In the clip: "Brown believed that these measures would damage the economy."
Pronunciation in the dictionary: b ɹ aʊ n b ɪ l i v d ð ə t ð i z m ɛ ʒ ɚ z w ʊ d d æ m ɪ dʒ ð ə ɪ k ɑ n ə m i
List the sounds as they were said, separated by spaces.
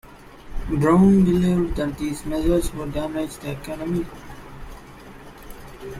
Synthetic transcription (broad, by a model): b ɹ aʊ n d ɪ l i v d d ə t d i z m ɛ z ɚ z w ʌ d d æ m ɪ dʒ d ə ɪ k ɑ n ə m i